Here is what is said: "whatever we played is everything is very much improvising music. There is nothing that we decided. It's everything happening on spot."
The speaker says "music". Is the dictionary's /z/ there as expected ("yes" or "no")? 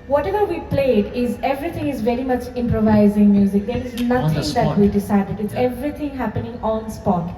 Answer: yes